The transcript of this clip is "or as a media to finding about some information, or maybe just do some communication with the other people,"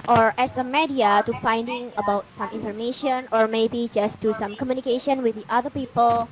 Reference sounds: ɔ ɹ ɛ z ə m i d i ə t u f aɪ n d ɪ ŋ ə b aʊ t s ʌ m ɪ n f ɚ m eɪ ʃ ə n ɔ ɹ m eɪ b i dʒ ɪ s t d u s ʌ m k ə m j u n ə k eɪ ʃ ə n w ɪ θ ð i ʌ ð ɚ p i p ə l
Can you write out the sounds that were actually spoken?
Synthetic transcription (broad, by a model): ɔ ɹ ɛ s ə m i d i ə t u f aɪ n d ɪ ŋ ə b aʊ t s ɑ m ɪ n f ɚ m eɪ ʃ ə n ɔ ɹ m eɪ b i dʒ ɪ s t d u s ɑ m k ə m j u n ə k eɪ ʃ ə n w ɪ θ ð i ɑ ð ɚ p i p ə l